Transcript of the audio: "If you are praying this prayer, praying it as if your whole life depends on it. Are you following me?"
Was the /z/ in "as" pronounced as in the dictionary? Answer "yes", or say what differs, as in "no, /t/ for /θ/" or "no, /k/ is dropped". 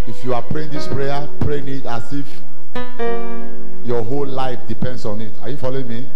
no, /s/ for /z/